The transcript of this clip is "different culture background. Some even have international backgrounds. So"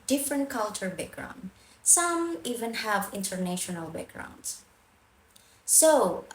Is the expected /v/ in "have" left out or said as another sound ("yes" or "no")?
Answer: no